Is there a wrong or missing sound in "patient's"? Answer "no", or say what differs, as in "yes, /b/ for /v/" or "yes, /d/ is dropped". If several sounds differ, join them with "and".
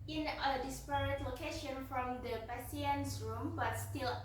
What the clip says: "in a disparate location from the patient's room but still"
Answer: yes, /s/ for /ʃ/